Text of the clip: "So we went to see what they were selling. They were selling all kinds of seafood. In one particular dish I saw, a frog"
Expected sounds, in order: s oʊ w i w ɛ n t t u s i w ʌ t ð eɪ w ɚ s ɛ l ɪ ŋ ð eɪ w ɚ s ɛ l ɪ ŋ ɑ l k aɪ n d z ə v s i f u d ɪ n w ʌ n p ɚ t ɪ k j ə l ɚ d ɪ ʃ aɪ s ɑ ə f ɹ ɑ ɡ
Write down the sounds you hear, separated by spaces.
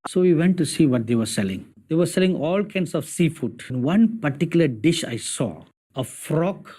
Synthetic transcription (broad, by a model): s oʊ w i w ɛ n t t u s i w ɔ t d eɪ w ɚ s ɛ l ɪ ŋ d eɪ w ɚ s ɛ l ɪ ŋ ɑ l k aɪ n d s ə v s i f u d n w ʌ n p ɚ t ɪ k j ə l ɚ d ɪ ʃ aɪ s ɑ ə f ɹ ɑ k